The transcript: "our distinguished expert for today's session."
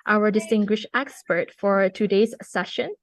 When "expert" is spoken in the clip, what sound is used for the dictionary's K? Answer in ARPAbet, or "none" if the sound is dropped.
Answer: K